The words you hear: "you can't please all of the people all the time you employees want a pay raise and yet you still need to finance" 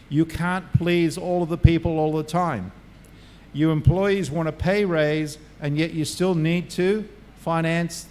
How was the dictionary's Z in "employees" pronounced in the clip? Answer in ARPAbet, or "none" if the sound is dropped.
Z